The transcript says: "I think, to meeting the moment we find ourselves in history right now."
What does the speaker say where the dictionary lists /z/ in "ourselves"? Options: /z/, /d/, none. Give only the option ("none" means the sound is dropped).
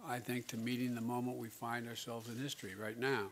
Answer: /z/